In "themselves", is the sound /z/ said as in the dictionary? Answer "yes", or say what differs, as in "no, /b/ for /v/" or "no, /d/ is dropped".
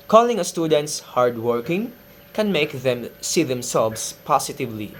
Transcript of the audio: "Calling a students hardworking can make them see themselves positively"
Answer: no, /s/ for /z/